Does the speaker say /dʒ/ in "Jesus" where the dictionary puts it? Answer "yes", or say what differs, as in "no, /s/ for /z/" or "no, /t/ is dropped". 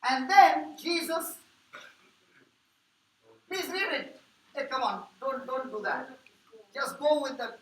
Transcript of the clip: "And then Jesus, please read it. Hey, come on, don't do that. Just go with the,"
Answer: yes